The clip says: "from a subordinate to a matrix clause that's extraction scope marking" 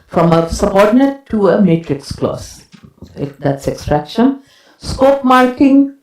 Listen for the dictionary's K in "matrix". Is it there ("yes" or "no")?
yes